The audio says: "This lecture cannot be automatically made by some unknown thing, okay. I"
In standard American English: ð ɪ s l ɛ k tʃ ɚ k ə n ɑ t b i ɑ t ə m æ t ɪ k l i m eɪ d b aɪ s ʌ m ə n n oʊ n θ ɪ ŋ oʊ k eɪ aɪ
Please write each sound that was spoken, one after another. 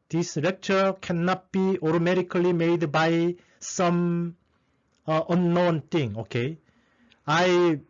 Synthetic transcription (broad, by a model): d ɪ s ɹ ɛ k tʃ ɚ k ə n ɑ t b i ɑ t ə m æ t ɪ k l i m eɪ d b aɪ s ʌ m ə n n oʊ n t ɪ ŋ oʊ k eɪ aɪ